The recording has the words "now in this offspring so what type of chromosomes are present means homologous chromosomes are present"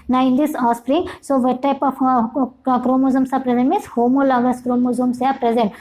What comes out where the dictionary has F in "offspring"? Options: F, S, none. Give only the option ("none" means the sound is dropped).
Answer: none